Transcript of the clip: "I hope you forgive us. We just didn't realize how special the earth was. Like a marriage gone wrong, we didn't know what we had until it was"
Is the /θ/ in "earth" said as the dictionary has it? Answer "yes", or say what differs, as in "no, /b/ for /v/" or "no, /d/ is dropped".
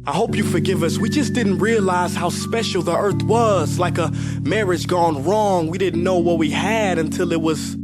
yes